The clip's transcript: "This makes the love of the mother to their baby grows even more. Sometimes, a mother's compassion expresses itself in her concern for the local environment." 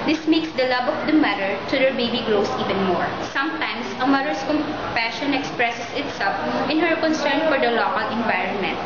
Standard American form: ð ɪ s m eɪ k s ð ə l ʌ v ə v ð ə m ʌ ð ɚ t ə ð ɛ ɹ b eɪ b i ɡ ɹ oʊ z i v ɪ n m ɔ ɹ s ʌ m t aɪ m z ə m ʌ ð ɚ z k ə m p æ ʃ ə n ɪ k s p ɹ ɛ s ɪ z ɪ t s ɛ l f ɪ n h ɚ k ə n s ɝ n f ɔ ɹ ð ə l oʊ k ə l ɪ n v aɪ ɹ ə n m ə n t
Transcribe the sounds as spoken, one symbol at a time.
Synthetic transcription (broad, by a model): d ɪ s m eɪ k s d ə l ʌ b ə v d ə m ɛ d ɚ t ə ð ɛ ɹ b eɪ b i ɡ ɹ oʊ s i v ɪ n m ɔ ɹ s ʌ m t aɪ m s ə m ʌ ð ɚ s k ə m p æ ʃ ə n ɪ k s p ɹ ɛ s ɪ s ɪ t s ɛ l f ɪ n h ɚ k ə n s ɝ n f ɔ ɹ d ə l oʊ k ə l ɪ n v aɪ ɹ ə n m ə n t